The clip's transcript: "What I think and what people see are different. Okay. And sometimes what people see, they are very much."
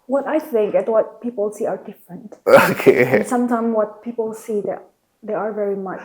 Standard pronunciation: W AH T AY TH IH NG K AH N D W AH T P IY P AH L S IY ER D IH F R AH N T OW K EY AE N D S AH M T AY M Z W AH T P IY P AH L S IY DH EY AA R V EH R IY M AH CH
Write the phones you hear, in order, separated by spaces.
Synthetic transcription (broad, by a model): W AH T AY TH IH NG K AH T W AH T P IY P AH L S IY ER D IH F R AH N T OW K EY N S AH M T AY M W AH T P IY P AH L S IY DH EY AA R V EH R IY M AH CH